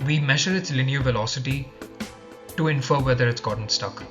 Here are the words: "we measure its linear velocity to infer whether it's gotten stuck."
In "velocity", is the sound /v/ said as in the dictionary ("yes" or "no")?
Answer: yes